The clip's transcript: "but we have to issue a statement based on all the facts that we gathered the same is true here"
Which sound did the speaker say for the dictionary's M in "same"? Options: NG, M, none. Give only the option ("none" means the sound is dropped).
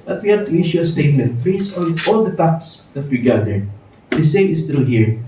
none